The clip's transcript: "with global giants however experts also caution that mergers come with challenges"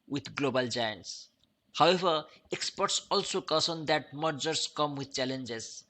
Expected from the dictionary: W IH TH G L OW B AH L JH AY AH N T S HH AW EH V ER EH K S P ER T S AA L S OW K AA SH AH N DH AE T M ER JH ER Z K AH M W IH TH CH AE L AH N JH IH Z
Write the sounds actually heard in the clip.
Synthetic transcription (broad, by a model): W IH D G L OW B AH L JH AY AH N T S HH AW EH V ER EH K S P ER T S AA L S OW K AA S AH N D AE T M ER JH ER S K AH M W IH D CH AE L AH N JH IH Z